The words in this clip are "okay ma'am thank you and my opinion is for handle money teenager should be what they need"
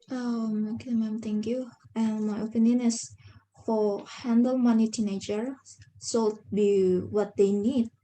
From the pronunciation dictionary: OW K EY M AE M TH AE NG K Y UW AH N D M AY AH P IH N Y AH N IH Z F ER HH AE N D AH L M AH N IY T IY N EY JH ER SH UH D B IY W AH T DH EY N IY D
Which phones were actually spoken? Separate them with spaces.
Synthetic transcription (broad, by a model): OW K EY M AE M T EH NG K Y UW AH N M AY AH P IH N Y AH N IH S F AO HH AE N D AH L M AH N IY T IY N EY JH ER S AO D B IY W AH T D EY N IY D